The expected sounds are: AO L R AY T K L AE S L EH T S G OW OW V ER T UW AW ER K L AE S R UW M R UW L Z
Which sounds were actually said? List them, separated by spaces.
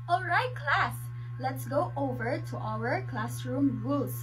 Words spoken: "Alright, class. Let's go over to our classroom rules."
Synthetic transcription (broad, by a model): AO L R AY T K L AE S L EH T S G OW OW V ER T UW AW ER K L AE S R UW M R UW L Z